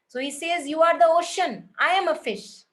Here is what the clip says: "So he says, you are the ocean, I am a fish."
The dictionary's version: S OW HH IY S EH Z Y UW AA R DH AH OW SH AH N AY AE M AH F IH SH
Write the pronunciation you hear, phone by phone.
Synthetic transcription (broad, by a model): S OW HH IY S EH Z Y UW AA R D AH OW SH AH N AY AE M AH F IH SH